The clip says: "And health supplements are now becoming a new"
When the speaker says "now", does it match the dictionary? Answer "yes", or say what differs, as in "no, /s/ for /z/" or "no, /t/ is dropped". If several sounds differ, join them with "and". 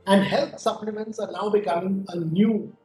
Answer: no, /l/ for /n/